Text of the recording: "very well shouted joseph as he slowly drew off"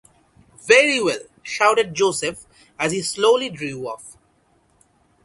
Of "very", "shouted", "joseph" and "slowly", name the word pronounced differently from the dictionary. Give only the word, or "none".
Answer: none